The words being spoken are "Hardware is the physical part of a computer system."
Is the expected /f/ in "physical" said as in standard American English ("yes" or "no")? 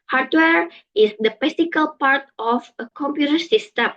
no